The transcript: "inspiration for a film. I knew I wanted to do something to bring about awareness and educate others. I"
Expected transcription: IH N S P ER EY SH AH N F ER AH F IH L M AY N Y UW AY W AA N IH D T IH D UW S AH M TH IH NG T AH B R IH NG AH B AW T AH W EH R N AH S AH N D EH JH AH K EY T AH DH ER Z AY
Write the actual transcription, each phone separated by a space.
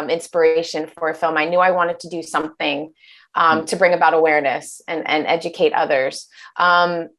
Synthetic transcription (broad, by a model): IH N S P ER EY SH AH N F ER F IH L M AY N Y UW AY W AA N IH D T IH D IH S AH M TH IH NG T AH B R IH NG AH B AW T AH W EH R N AH S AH N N EH JH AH K EY T AH DH ER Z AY